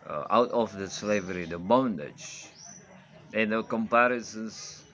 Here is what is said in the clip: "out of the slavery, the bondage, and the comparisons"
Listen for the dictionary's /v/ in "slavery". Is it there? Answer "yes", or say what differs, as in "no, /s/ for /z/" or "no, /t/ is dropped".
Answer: yes